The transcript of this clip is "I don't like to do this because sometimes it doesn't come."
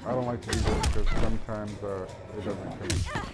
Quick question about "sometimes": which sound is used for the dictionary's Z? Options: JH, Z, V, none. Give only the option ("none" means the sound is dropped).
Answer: Z